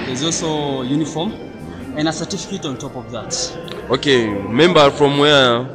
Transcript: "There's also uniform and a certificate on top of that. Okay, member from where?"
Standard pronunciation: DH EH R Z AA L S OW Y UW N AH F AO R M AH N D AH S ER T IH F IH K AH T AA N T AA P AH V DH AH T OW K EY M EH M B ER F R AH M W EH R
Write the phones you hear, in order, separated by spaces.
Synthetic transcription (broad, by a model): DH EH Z AA L S OW Y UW N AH F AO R M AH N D AH S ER T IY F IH K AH T AA N T AA P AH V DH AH T OW K EY M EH M B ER F R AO M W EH